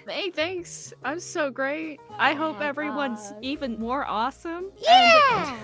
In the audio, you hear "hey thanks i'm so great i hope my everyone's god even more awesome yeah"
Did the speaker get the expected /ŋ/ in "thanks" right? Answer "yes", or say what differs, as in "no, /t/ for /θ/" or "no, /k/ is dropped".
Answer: yes